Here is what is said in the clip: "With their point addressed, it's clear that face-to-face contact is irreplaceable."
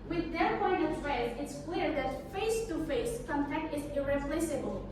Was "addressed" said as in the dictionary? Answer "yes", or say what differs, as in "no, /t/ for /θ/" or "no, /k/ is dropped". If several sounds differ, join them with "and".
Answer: no, /t/ is dropped